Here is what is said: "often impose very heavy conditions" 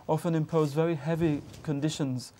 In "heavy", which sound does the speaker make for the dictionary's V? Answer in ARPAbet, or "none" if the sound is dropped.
V